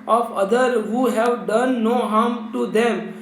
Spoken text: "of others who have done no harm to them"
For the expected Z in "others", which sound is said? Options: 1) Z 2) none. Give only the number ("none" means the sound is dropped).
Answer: 2